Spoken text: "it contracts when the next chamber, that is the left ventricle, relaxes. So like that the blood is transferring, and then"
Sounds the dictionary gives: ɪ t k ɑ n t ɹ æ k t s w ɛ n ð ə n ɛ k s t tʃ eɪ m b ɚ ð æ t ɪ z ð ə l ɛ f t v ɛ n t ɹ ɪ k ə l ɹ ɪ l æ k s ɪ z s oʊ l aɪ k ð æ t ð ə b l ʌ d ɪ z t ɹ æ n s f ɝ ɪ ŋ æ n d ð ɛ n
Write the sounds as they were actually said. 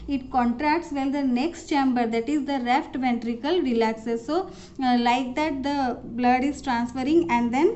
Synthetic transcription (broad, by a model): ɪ t k ɑ n t ɹ æ k t s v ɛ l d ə n ɛ k s t tʃ eɪ m b ɚ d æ t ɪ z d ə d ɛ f t v ɛ n t ɹ ɪ k ə l ɹ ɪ l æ k s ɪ s oʊ l aɪ k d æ t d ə b l ʌ d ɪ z t ɹ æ n s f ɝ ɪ ŋ æ n d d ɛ n